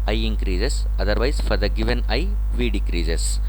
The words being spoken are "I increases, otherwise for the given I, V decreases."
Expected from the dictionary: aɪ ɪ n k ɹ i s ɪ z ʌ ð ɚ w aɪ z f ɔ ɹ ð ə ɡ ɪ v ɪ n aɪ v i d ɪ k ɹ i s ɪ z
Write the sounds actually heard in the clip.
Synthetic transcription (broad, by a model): aɪ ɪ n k ɹ i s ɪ s ʌ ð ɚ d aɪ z f ɔ ɹ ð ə ɡ ɪ v ɪ n aɪ v i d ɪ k ɹ i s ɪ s